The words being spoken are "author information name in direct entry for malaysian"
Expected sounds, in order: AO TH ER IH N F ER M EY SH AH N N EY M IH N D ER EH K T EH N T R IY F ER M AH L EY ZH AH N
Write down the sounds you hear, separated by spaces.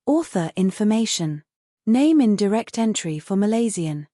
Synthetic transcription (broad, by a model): AO TH ER IH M F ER M EY SH AH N N EY M IH N D ER EH K T EH N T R IY F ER M AH L EY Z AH N